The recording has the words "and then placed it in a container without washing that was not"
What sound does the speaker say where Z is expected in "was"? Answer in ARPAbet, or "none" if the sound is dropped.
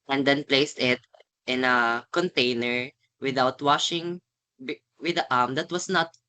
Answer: S